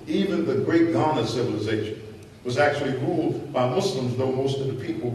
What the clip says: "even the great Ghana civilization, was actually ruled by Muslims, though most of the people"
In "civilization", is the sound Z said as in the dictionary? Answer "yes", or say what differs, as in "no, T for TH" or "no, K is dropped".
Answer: yes